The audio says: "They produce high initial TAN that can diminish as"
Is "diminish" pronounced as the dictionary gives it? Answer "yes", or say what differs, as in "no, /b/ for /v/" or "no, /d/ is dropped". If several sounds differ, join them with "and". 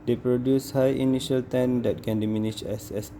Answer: no, /s/ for /ʃ/